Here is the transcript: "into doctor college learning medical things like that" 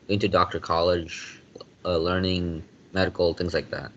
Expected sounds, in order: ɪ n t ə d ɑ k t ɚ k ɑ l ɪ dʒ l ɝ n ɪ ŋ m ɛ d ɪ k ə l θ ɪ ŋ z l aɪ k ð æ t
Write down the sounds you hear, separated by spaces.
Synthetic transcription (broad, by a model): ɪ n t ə d ɑ k t ɚ k ɑ l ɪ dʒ l ɝ n ɪ ŋ m ɛ d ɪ k l θ ɪ ŋ z l aɪ k ð æ t